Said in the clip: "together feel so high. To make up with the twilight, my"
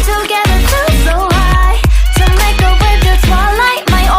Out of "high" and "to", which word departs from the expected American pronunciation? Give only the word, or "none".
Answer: to